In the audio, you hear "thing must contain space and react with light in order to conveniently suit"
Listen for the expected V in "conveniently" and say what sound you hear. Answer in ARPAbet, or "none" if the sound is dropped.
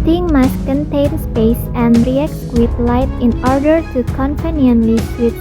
P